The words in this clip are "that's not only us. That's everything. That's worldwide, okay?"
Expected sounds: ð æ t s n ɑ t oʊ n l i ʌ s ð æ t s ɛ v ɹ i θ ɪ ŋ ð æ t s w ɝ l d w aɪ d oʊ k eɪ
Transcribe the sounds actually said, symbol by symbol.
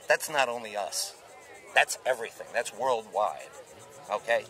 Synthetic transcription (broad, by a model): ð æ t s n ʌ t oʊ n l i ʌ s ð æ t s ɛ v ɹ i θ ɪ ŋ ð æ t s w ɝ l d w aɪ d oʊ k eɪ